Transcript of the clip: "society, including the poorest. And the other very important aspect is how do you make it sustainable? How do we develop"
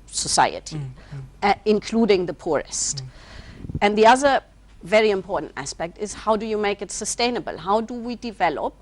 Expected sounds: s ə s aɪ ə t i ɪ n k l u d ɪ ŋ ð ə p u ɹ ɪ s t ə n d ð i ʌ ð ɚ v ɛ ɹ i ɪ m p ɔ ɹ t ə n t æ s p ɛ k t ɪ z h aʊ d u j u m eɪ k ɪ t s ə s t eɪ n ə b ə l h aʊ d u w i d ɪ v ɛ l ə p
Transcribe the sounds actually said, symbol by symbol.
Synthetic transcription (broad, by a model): s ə s aɪ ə t i ɪ n k l u d ɪ ŋ ð ə p u ɹ ɪ s t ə n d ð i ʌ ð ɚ v ɛ ɹ i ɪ m p ɔ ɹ t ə n t æ s p ɛ k t ɪ z h aʊ d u j u m eɪ k ɪ t s ə s t eɪ n ə b ə l h aʊ d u w i d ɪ v ɛ l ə p